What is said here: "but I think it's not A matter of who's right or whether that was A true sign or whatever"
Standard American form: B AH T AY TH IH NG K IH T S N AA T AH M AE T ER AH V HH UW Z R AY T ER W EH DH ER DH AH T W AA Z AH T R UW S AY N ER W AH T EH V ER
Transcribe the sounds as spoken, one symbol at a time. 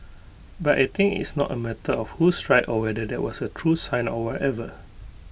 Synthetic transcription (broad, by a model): B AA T AY T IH NG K IH T S N AA T AH M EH T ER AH F HH UW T R AY T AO W EH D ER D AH T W AA S AH T R UW S AY N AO W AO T EH V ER